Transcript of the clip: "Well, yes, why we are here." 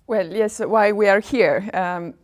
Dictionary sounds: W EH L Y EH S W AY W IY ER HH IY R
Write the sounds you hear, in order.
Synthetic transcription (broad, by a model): W EH L Y EH S W AY W IY ER HH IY R